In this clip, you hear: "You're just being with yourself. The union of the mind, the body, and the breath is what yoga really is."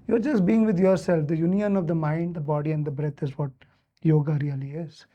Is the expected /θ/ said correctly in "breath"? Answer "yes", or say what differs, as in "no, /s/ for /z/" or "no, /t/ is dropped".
no, /t/ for /θ/